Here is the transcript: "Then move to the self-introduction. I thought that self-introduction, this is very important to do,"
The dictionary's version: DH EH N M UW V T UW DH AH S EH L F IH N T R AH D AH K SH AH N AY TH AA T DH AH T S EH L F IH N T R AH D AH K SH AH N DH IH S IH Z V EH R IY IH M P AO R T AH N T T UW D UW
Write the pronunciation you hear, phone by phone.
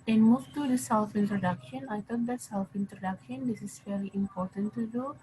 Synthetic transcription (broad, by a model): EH N M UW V T UW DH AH S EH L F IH N T R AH D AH K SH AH N AY T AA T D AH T S EH L F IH N T R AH D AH K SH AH N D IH S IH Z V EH R IY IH M P AO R T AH N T T UW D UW